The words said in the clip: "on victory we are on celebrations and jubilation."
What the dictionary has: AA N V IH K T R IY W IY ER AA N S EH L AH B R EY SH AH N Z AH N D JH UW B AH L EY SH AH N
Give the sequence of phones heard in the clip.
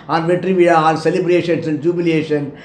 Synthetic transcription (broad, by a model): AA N V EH T R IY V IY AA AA L S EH L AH B R EY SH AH N S AH N D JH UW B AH L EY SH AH N